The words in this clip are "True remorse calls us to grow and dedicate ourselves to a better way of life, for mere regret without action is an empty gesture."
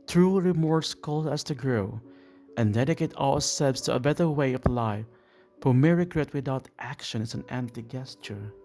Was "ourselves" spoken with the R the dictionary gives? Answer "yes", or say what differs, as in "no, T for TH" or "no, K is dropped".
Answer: no, L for R